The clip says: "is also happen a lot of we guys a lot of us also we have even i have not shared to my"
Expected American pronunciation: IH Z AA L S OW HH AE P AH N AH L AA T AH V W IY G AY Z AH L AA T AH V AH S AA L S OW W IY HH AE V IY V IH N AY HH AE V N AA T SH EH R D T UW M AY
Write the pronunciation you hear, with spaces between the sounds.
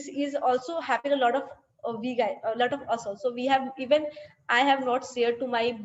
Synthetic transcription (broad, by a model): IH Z AA L S OW HH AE P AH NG AH L AA T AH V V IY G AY AH L AA T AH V AH S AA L S OW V IY HH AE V IY V IH N AY HH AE V N AA T S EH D T UW M AY